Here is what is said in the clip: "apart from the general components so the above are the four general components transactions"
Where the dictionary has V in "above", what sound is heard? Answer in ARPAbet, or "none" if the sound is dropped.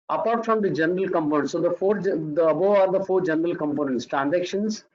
none